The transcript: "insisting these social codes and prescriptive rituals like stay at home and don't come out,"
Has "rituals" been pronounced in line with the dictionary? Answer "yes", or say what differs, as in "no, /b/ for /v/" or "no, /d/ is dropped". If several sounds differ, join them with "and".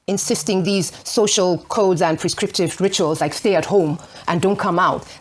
yes